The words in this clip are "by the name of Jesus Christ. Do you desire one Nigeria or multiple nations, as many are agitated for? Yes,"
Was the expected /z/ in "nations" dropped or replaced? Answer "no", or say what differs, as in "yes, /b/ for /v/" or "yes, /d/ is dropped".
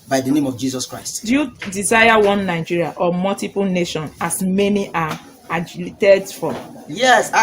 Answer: yes, /z/ is dropped